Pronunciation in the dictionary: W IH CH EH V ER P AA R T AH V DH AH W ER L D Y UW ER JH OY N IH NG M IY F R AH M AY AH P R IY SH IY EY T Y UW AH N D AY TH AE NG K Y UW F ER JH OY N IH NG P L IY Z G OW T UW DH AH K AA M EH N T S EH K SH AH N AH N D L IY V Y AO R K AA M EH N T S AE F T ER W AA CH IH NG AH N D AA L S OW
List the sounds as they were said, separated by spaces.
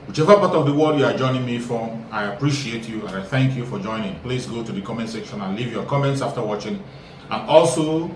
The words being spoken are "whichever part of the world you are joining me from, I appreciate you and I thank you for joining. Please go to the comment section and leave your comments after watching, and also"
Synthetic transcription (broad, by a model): W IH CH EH V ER P AA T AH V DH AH W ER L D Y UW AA JH OY N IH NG M IY F R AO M AY AH P R IY SH IY EY T Y UW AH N AY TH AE NG K Y UW F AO JH OY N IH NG P L IY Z G OW T UW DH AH K AA M EH N T S EH K SH AH N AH N L IY V Y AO K AA M EH N T S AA F T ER W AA CH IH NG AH N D AA L S OW